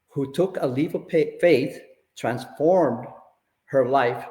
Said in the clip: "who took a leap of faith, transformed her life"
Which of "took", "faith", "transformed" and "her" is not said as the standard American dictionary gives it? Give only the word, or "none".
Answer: none